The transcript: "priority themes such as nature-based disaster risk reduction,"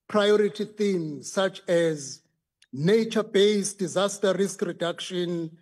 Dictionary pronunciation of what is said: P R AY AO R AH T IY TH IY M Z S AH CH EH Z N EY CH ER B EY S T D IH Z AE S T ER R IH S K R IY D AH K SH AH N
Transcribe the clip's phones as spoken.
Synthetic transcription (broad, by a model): P R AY AO R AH T IY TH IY M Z S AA CH EH Z N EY CH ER B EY S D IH Z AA S T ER R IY S K R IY D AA K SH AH N